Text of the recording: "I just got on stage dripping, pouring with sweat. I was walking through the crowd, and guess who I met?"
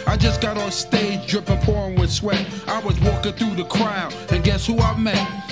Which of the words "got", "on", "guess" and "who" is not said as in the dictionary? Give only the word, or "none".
on